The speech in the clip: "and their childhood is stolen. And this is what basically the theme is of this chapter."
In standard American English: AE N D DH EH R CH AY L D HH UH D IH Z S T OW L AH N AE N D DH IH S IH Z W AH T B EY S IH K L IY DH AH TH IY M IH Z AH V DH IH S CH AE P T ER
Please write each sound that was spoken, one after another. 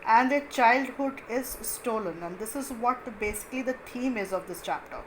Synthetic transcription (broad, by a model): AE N D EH CH AY L D HH UH D IH Z S T OW L AH N AE N D IH S IH Z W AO T B EY S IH K L IY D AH T IY M IH Z AH V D IH S CH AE P T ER